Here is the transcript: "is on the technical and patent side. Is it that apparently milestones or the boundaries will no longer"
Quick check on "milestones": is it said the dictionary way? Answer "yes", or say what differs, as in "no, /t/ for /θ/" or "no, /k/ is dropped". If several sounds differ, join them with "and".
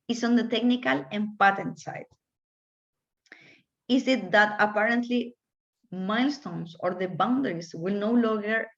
no, /s/ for /z/